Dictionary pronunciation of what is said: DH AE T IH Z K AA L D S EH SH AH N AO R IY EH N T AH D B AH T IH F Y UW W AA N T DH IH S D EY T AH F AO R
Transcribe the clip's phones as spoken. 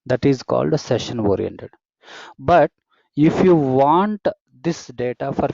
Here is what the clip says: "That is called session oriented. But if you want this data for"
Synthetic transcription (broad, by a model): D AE T IH Z K AA L D S EH SH AH N AO R IY EH N T AH D B AH T IH F Y UW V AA N T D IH S D EY T AH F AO R